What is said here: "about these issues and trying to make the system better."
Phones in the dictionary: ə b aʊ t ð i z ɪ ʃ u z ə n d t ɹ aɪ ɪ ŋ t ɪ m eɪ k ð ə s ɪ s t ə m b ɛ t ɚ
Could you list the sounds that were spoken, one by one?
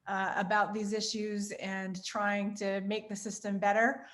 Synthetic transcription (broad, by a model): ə b aʊ t ð i z ɪ ʃ u z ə n t ɹ aɪ ɪ ŋ t ɪ m eɪ k ð ə s ɪ s t ə m b ɛ t ɚ